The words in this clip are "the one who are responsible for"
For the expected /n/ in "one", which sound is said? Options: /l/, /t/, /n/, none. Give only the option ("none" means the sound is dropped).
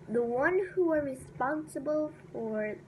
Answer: /n/